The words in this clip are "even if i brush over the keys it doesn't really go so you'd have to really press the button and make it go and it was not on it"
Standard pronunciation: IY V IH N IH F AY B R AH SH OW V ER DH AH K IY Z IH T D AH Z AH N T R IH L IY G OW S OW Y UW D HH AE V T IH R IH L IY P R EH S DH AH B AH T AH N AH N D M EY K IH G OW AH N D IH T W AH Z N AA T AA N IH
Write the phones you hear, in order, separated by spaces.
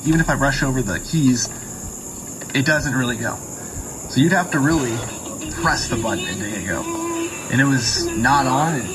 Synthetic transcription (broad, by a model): IY V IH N IH F AY R AH SH OW V ER DH AH K IY Z IH T D AH Z AH N T R IH L IY G OW S OW Y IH D HH AE F T IH R IH L IY P R EH S DH AH B AH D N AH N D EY IH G OW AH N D IH T W AH Z N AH T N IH